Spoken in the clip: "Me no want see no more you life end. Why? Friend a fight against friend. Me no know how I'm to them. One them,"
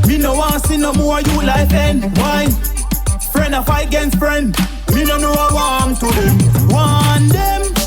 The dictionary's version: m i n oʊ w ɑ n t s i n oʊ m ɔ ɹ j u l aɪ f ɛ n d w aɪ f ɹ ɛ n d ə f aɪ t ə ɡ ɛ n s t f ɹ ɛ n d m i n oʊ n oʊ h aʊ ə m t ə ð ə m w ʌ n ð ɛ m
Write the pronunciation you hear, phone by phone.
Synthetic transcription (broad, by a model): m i n oʊ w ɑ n s i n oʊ m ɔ w j u l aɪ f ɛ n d w aɪ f ɹ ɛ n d ə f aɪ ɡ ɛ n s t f ɹ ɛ n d m i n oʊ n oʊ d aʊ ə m t ə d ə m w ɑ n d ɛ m